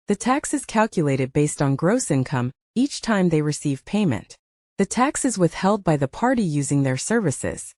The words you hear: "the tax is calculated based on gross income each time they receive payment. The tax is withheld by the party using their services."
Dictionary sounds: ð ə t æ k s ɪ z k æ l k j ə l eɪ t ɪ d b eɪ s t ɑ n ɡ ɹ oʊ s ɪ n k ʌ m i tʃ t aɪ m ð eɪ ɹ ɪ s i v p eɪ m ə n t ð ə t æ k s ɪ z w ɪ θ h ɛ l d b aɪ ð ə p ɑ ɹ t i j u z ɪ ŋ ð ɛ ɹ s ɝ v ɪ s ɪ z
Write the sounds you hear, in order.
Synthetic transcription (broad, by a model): ð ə t æ k s ɪ z k æ l k j ə l eɪ t ɪ d b eɪ s t n ɡ ɹ oʊ s ɪ n k ʌ m i tʃ t aɪ m ð eɪ ɹ ɪ s i v p eɪ m ə n t ð ə t æ k s ɪ z w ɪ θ h ɛ l d b aɪ ð ə p ɑ ɹ t i j u z ɪ ŋ ð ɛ ɹ s ɝ v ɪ s ɪ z